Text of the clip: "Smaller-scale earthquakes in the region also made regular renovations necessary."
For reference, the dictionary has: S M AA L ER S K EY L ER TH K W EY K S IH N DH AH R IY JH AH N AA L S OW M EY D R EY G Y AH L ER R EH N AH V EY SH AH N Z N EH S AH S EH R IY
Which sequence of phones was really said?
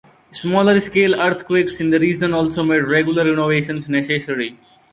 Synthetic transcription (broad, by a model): S M AA L ER S K EY L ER T K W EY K S IH N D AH R IY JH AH N AA L S OW M EY D R EY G Y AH L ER R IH N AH V EY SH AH N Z N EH S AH S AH R IY